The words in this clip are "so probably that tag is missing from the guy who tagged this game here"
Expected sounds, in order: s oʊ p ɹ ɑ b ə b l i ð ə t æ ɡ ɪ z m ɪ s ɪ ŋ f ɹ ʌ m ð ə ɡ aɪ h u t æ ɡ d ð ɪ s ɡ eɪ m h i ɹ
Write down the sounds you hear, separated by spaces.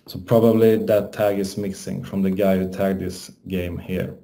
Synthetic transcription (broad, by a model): s oʊ p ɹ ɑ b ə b l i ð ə t æ ɡ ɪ s m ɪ s ɪ ŋ f ɹ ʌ m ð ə ɡ aɪ h u t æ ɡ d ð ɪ s ɡ eɪ m h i ɹ